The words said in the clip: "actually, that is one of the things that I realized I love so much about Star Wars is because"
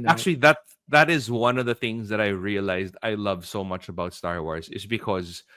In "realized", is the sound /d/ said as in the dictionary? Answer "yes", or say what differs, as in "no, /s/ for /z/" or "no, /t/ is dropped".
yes